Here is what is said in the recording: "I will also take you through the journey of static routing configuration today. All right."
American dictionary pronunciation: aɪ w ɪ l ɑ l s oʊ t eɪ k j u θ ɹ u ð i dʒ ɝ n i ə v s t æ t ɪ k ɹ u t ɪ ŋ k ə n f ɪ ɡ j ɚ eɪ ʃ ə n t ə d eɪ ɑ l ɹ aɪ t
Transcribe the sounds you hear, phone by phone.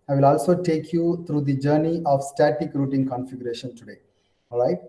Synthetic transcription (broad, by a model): aɪ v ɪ l ɑ l s oʊ t eɪ k j u t ɹ u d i dʒ ɝ n i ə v s t æ t ɪ k ɹ u t ɪ ŋ k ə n f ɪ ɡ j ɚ eɪ ʃ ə n t ə d eɪ ɑ l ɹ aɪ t